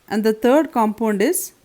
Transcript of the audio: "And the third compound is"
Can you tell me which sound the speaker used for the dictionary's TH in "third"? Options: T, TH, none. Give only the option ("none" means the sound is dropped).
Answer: T